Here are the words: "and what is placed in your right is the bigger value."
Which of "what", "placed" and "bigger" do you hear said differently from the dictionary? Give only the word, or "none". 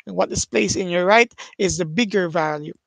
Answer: placed